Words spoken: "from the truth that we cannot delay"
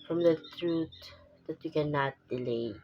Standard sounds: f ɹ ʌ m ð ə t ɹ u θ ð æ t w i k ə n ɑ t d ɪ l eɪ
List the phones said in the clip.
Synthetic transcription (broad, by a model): f ɹ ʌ m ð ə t ɹ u t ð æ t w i k ə n ɑ t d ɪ l eɪ